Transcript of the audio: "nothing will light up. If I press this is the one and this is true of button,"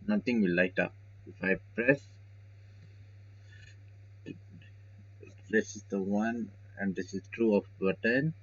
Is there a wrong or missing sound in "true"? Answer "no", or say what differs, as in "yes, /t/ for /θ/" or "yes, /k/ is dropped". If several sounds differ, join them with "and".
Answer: no